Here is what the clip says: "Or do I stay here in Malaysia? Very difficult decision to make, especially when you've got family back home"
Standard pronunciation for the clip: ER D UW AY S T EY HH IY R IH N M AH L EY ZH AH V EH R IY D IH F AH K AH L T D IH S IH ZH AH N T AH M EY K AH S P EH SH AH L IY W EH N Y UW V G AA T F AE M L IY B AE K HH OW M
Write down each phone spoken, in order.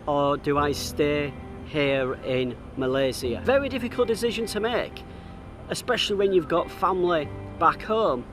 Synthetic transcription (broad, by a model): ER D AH AY S T EY HH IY R IH N M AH L EY Z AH V EH R IY D IH F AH K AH L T D IH S IH ZH AH N T AH M EY K AH S P EH SH AH L IY W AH N Y UW V G AA T F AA M L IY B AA K HH OW M